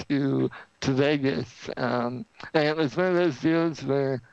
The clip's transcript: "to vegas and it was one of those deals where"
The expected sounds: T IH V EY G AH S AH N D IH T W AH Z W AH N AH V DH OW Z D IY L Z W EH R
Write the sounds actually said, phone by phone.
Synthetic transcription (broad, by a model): T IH V EY G AH S AH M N IH T W AH Z W AH N AH V DH OW Z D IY L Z W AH R